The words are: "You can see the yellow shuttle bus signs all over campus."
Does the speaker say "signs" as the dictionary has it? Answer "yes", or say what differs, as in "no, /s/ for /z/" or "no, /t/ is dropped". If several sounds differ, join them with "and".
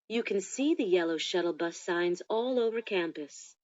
yes